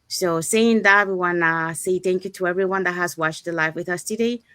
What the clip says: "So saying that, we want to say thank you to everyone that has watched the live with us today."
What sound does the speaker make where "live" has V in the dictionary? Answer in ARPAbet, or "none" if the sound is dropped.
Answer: F